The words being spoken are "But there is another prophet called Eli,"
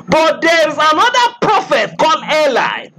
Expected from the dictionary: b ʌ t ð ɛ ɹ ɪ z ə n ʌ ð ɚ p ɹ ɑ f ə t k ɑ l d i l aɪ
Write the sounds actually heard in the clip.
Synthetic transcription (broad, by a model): b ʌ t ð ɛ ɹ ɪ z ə n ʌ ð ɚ p ɹ ɑ f ə t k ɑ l ɛ l aɪ